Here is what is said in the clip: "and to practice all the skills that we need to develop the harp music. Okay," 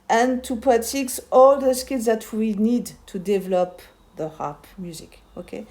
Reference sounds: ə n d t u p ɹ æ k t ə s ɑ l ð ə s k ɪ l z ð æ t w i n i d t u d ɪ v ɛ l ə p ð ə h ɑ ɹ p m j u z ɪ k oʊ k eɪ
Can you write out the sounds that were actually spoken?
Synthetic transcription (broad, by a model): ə n t u p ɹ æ t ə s ɑ l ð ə s k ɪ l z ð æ t w i n i d t u d ɪ v ɛ l ə p ð ə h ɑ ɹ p m j u z ɪ k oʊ k eɪ